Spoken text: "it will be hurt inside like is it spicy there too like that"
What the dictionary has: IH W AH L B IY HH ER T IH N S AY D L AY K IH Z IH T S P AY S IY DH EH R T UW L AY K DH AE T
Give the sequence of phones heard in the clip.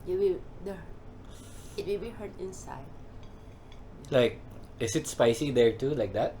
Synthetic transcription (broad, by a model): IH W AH W B IY HH ER T IH N S AY D L AY K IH S IH T S P AY S IY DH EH R T UW L AY K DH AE T